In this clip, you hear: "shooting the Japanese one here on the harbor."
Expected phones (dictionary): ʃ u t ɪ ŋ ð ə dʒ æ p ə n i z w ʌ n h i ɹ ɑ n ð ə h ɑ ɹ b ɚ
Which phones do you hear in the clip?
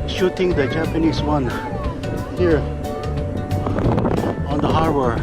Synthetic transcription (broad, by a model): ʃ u t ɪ ŋ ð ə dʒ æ p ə n i s w ʌ n h i ɹ ɑ n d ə h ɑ ɹ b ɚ